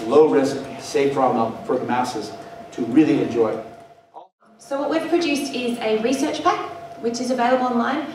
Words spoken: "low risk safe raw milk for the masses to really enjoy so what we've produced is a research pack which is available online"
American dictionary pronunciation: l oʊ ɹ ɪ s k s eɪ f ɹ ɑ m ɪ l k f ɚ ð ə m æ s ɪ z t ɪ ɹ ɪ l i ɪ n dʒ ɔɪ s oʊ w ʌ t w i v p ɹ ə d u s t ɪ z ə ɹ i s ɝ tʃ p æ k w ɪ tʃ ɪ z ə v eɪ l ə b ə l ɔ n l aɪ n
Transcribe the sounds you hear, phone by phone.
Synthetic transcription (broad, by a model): l oʊ ɹ ɪ s k s eɪ p ɹ ɑ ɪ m f ɚ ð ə m æ s ɪ z t ɪ ɹ ɪ l i ɪ n dʒ ɔɪ s oʊ w ʌ t w i v p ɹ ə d u s t ɪ z ə ɹ i s ɝ tʃ p æ k w ɪ tʃ ɪ z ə v eɪ l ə b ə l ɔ n l aɪ n